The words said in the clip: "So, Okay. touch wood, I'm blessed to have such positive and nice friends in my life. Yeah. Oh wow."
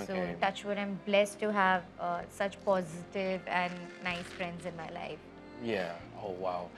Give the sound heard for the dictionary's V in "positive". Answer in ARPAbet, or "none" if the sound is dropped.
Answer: V